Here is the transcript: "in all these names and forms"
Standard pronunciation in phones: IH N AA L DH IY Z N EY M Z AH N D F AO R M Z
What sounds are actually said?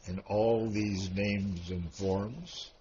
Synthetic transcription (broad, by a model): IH N AA L DH IY Z N EY M Z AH N F AO R M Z